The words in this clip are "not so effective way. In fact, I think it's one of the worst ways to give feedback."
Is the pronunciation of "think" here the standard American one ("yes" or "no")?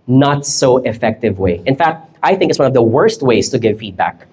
yes